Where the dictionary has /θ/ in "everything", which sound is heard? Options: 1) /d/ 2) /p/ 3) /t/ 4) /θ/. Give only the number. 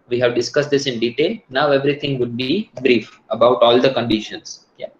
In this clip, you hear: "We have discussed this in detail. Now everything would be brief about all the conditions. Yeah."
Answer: 3